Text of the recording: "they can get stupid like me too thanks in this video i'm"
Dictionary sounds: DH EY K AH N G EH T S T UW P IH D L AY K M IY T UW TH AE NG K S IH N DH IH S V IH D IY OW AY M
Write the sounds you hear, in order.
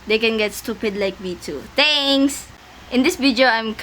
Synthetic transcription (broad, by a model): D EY K AH N G EH T S T UW P IH D L AY K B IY T UW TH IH NG S IH N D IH S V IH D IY OW AY M